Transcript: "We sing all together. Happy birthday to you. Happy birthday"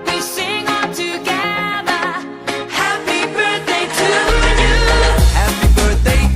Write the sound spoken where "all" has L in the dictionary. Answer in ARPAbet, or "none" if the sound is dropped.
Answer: N